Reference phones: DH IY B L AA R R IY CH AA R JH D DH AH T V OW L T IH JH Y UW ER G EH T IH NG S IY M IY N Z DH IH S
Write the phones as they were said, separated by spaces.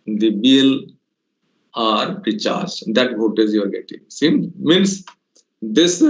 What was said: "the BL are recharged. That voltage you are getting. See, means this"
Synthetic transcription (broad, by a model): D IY B L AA R R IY CH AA R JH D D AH T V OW T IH Z Y UW ER G EH T IH NG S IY M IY N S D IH S